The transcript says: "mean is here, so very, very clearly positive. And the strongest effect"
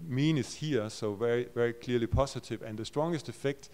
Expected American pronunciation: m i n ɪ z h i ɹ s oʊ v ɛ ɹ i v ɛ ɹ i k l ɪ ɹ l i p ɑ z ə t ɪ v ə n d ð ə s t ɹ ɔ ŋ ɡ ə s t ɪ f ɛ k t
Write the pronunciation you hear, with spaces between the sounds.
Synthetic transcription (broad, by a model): m i n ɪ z h i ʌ s oʊ v ɛ ɹ i v ɛ ɹ i k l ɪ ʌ l i p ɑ s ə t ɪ v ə n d ð ə s t ɹ ɔ ŋ ɡ ə s t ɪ f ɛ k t